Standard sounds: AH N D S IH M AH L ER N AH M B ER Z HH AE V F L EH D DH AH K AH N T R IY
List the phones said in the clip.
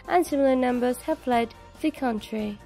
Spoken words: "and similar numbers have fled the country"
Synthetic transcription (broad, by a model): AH N S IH M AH L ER N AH M B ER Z HH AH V P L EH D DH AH K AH N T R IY